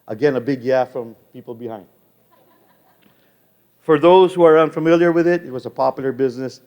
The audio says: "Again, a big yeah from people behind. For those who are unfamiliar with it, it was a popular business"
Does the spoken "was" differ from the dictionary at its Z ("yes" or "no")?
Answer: no